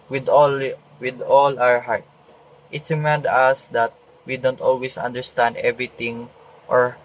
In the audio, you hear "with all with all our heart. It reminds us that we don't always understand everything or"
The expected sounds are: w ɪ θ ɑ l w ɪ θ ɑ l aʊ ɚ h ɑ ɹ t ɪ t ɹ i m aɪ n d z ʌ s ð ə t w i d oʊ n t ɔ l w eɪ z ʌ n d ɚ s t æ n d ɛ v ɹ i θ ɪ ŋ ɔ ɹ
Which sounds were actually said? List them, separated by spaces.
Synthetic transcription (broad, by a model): w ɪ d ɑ l w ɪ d ɑ l aʊ ɚ h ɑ ɹ t ɪ t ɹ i m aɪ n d ʌ s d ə t w i d oʊ n t ɔ l w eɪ s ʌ n d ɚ s t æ n d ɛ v ɹ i t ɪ ŋ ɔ ɹ